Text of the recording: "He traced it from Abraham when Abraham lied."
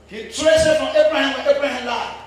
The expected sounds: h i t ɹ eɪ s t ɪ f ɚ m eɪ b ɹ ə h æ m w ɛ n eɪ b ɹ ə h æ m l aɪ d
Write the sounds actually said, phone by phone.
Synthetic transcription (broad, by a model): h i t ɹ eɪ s ɪ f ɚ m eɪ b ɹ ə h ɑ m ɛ eɪ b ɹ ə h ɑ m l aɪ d